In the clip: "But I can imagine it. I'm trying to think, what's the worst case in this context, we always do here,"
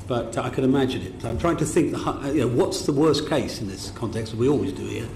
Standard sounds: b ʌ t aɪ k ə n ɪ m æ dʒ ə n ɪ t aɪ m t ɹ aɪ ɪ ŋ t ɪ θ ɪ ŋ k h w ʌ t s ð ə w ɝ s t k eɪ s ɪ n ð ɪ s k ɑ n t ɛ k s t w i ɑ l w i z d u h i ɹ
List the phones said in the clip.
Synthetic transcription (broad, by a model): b ʌ t aɪ k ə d ɪ m æ dʒ ə n ɪ t aɪ m t ɹ aɪ ɪ ŋ t ɪ θ ɪ ŋ k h w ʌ t s ð ə w ɝ s k eɪ s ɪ n ð ɪ s k ɑ n t ɛ k s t w i ɑ l w i z d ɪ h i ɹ